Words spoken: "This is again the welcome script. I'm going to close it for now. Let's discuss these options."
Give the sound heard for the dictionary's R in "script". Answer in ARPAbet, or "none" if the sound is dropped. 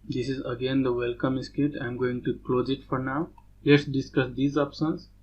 none